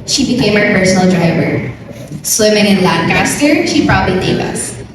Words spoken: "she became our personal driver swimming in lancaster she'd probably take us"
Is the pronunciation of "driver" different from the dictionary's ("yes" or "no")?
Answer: no